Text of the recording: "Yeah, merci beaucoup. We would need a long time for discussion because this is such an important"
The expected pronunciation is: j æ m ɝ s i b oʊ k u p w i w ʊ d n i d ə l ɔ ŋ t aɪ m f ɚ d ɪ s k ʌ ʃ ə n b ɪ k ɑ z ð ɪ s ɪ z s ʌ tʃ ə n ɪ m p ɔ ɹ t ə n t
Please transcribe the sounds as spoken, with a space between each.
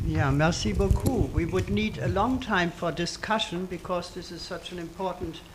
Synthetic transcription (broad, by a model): j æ m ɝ s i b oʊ k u w i w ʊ d n i d ə l ɔ ŋ t aɪ m f ɚ d ɪ s k ʌ ʃ ə n b ɪ k ɑ z ð ɪ s ɪ z s ʌ tʃ ə n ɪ m p ɔ ɹ t n t